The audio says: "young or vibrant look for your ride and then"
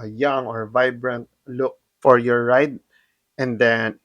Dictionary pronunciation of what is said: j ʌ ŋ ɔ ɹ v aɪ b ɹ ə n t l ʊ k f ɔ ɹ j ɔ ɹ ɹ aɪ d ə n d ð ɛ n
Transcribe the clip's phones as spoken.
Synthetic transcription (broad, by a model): j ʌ ŋ ɔ ɹ v aɪ b ɹ ə n t l ʊ k f ɔ ɹ j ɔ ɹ ɹ aɪ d ə n d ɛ n